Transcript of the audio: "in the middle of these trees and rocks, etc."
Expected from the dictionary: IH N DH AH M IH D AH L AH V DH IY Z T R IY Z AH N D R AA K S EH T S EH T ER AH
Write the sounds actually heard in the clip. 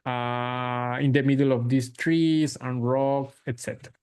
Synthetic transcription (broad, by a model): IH N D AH M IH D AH L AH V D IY S T R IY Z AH N R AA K EH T S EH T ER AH